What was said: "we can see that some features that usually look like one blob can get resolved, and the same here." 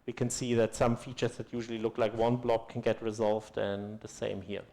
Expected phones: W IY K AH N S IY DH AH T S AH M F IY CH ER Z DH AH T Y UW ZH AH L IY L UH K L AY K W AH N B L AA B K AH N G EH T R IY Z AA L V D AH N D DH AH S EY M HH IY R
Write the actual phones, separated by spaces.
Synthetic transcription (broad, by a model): W IY K AH N S IY DH AH T S AH M F IY CH ER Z DH AH T Y UW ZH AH L IY L UH K L AY K W AH N B L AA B K AH N G EH T R IY Z AA L V D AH N DH AH S EY M HH IY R